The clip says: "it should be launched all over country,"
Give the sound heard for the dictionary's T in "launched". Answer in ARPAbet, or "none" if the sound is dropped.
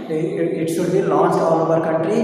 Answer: none